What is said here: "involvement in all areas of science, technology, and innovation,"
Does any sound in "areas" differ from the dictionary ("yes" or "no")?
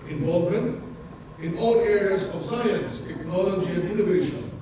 no